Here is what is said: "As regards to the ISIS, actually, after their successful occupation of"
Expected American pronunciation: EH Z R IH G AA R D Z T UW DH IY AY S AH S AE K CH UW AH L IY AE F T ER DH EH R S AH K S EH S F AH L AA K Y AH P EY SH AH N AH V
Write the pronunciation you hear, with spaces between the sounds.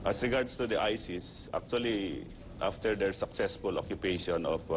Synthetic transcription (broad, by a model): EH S R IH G AA R D S T UW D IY AY S AH S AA K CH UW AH L IY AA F T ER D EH R S AH K S EH S F AH L AA K Y AH P EY SH AH N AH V